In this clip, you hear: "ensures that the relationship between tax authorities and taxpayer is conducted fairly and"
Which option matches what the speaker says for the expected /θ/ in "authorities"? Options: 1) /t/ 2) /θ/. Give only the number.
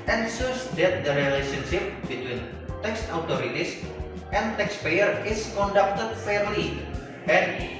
1